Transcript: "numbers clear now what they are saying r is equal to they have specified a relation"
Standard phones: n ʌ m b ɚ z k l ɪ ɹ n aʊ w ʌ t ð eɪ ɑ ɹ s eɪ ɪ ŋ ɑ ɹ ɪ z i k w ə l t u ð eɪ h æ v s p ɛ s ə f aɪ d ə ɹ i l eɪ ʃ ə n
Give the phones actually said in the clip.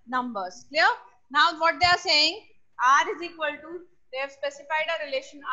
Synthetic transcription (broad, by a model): n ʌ m b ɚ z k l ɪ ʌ n aʊ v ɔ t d eɪ ɑ ɹ s eɪ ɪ ŋ ɑ ɹ ɪ z i k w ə l t u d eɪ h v s p ɛ s ə f aɪ d ə ɹ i l eɪ ʃ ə n